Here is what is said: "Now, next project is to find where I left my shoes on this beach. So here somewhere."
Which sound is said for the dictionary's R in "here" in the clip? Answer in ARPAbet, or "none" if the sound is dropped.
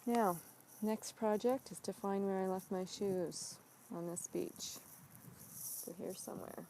R